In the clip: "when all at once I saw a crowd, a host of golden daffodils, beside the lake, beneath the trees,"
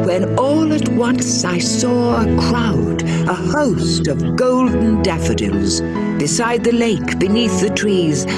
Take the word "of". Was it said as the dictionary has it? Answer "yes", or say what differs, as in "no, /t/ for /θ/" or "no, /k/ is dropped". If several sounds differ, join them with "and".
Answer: yes